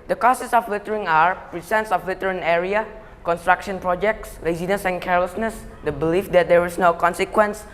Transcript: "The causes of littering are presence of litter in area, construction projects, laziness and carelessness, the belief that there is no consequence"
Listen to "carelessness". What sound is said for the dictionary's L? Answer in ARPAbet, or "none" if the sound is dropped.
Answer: L